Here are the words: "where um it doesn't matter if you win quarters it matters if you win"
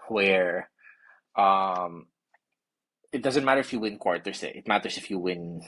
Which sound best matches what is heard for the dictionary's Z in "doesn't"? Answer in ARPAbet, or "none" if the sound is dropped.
Z